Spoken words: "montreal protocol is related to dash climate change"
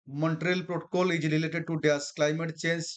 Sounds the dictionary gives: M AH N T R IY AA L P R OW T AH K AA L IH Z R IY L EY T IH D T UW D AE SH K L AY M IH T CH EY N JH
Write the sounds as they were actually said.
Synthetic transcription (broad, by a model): M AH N T R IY L P R OW T AH K AA L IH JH R IY L EY T IH D T UW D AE S K L AY M IH T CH EY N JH